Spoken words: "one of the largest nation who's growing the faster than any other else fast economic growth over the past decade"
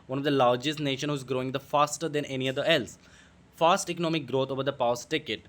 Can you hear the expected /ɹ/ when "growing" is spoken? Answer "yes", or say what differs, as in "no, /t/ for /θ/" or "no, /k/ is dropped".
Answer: yes